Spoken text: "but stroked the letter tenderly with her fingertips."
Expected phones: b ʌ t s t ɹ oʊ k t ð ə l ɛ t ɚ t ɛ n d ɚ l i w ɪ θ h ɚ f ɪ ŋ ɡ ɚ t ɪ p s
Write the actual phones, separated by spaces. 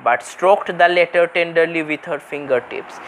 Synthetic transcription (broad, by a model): b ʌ t s t ɹ oʊ k t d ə l ɛ t ɚ t ɛ n d ɚ l i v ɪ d h ɚ f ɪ ŋ ɡ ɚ t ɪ p s